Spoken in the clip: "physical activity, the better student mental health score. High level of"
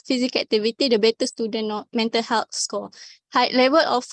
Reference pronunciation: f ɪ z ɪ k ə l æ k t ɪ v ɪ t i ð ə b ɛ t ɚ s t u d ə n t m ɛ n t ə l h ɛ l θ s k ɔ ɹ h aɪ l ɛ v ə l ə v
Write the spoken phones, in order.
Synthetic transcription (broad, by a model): f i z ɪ k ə k t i v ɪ t i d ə b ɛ t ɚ s t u d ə n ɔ m ɛ n t ə l h ɛ l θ s k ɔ l h aɪ l ɛ v ə l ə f